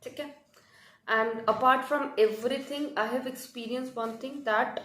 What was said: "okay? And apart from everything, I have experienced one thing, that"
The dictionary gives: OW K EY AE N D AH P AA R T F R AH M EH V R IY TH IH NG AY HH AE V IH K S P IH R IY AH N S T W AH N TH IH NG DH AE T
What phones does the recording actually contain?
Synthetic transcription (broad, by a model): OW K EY AE N D AH P AA R T F R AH M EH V R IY T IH NG AY HH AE V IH K S P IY R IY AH N S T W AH N T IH NG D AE T